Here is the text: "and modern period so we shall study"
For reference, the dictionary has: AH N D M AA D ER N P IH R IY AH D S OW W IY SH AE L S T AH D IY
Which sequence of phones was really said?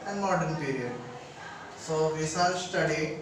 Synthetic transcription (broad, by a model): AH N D M AA D ER N P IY R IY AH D S OW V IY S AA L S T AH D IY